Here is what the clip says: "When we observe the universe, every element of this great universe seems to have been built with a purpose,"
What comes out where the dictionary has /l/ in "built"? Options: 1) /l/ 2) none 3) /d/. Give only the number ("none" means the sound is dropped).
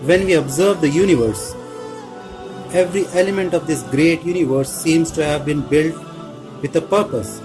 1